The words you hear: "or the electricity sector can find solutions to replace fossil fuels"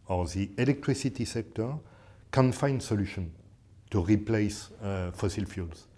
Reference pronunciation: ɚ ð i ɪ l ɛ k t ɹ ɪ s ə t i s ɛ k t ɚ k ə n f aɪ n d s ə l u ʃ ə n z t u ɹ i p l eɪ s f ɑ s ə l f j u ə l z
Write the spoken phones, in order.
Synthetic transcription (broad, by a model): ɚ ð i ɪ l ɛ k t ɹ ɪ s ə t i s ɛ k t ɚ k ə n f aɪ n d s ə l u ʃ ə n t u ɹ i p l eɪ s f ɑ s ə l f j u l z